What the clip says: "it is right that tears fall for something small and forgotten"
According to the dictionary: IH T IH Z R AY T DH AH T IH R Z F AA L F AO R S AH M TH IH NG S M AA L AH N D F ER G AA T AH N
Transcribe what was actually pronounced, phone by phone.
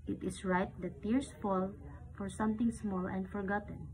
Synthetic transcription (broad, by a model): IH T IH S R AY T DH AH T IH R S F AA L F AO R S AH M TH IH NG S M AA L AH N D F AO G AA T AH N